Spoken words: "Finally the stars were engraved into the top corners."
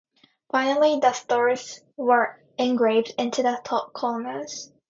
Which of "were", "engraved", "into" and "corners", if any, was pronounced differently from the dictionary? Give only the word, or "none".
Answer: corners